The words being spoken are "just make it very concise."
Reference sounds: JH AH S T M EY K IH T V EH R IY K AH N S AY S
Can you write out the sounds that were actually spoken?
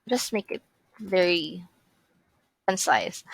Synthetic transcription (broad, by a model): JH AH S T M EY K IH T V EH R IY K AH N S AY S